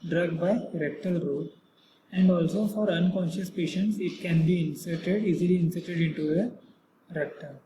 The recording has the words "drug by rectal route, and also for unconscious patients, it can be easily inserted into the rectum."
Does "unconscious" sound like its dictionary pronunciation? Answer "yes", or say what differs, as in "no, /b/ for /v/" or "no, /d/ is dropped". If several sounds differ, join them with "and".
yes